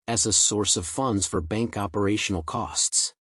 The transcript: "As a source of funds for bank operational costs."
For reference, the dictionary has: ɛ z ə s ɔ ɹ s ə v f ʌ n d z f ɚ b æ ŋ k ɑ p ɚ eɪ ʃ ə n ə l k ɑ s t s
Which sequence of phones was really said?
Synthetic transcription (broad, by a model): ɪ z ə s ɔ ɹ s ə v f ʌ n d z f ɚ b æ ŋ k ɑ p ɚ eɪ ʃ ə n l k ɑ s t s